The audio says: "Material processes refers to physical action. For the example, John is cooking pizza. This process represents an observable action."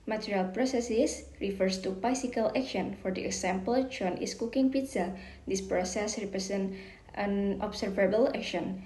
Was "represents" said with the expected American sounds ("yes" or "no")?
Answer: no